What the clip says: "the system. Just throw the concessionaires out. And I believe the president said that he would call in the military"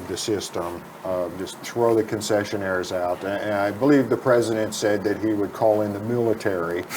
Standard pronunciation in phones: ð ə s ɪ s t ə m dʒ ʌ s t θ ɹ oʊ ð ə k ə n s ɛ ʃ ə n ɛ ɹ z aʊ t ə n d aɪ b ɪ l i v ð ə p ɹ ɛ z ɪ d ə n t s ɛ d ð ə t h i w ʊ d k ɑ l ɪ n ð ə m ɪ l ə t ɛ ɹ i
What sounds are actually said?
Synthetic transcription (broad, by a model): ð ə s ɪ s t ə m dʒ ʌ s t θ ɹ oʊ ð ə k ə n s ɛ ʃ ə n ɛ ɹ z aʊ t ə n aɪ b ɪ l i v ð ə p ɹ ɛ z ɪ d ə n t s ɛ d ð ə t h i w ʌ d k ɑ l ɪ n ð ə m ɪ l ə t ɛ ɹ i